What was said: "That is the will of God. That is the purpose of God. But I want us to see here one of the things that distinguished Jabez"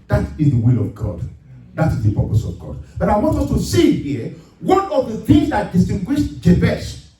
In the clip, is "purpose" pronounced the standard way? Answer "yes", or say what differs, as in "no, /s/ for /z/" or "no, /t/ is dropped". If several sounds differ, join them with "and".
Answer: yes